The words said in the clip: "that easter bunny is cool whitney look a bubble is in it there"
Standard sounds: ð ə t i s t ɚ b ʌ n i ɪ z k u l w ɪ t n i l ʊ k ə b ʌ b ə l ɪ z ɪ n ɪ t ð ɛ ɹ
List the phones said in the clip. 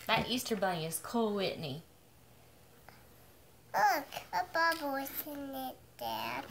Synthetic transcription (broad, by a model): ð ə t i s t ɚ b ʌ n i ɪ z k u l w ɪ t n i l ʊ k ə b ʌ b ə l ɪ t ɪ n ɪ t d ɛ